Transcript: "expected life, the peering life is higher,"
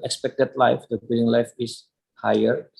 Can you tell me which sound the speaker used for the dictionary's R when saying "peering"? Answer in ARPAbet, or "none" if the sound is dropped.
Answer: L